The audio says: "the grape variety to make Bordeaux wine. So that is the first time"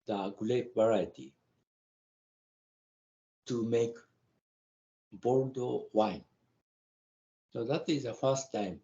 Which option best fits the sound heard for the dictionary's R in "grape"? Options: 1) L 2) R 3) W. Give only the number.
1